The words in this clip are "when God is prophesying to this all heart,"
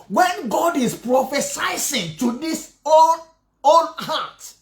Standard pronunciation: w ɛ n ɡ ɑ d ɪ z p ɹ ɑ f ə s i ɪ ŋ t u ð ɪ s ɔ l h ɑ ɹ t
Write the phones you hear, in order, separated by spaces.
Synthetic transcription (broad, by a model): w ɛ n ɡ ɑ d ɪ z p ɹ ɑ f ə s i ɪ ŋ t u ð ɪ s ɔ n h ɑ t